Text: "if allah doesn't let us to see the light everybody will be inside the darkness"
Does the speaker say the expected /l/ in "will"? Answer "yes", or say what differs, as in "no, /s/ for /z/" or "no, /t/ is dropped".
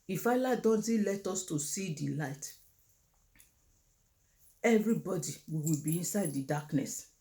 no, /w/ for /l/